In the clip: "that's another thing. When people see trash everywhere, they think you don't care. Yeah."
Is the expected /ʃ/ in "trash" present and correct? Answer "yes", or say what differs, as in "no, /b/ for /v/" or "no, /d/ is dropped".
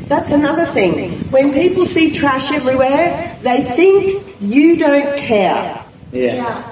yes